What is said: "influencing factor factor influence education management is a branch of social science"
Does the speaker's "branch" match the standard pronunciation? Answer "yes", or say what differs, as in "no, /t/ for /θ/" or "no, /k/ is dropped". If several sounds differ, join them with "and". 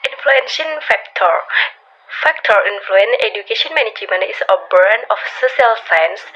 no, /tʃ/ is dropped